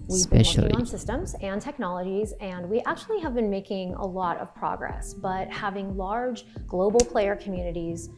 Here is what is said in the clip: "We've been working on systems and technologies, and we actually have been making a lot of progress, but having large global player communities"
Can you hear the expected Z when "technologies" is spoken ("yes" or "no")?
yes